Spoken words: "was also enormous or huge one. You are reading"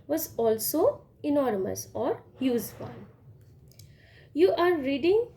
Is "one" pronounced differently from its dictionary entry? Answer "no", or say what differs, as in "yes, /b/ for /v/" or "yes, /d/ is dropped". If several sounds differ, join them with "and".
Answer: yes, /l/ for /n/